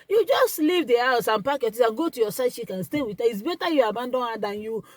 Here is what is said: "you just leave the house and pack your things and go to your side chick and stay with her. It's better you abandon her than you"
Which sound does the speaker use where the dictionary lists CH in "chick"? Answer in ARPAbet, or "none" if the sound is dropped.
SH